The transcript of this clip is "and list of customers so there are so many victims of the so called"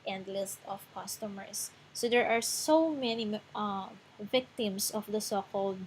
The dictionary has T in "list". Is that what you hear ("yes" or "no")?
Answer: yes